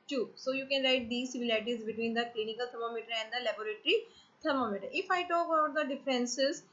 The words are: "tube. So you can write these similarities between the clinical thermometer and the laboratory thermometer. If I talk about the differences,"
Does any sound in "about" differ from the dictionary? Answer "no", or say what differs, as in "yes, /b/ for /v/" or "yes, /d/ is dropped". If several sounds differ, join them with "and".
yes, /b/ is dropped